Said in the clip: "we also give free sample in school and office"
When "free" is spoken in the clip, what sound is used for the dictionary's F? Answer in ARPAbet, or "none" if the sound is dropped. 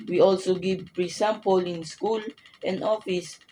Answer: P